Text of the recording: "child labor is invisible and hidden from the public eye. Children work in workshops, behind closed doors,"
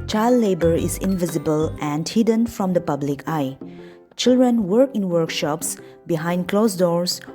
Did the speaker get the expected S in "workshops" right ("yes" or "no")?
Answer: yes